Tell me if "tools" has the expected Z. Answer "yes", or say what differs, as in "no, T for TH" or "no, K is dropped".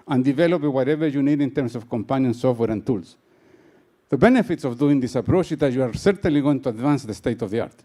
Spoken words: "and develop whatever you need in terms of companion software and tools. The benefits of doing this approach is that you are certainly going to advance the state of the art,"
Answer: no, S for Z